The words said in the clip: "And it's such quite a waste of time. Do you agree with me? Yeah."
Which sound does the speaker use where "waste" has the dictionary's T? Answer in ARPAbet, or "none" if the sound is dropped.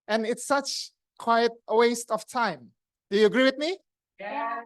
T